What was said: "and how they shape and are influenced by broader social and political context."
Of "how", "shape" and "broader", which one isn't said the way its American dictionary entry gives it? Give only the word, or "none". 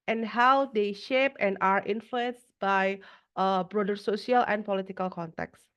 none